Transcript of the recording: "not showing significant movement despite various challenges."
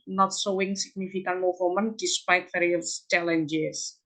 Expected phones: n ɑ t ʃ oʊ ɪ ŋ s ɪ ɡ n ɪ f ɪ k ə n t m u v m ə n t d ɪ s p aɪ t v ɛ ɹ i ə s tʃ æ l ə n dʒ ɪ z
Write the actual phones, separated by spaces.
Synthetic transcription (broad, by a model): n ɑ t s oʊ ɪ ŋ s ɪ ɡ n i f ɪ k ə n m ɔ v m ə n d ɪ s p aɪ t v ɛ ɹ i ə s tʃ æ l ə n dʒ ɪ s